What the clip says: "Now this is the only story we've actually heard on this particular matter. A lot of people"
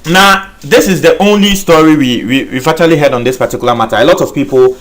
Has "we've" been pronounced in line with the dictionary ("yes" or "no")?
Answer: no